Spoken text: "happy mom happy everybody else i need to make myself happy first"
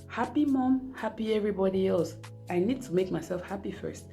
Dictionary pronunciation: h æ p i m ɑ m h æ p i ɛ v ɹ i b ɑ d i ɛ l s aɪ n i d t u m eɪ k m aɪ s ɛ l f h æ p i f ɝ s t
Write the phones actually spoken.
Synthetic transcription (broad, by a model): h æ p i m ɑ m h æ p i ɛ v ɹ i b ɑ d i ɛ l s aɪ n i d t u m eɪ k m aɪ s ɛ l f h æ p i f ɝ s t